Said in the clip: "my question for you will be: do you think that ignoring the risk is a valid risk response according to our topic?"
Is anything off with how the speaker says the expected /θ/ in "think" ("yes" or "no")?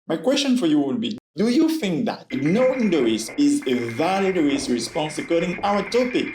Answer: no